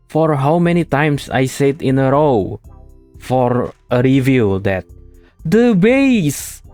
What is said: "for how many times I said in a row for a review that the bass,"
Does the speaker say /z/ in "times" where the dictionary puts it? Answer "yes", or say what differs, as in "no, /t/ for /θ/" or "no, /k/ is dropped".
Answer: no, /s/ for /z/